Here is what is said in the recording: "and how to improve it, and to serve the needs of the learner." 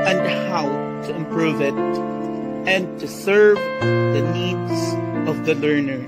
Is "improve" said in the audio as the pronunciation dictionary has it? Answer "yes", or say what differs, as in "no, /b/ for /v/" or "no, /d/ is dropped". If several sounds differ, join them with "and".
yes